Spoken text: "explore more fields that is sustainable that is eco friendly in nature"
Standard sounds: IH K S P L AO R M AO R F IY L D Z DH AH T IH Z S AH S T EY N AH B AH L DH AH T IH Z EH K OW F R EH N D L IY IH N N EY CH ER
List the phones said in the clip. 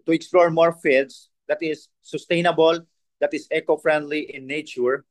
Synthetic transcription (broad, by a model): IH K S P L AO R M AO R F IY D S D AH T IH S AH S T EY N AH B AH L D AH T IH S EH K OW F R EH N D L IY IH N N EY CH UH